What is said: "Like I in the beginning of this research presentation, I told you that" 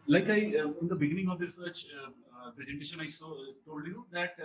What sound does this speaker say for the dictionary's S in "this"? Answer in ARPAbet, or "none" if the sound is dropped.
none